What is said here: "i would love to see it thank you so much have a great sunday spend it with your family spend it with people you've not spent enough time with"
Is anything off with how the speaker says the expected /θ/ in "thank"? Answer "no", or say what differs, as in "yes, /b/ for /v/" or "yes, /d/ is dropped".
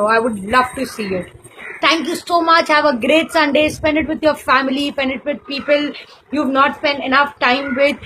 yes, /t/ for /θ/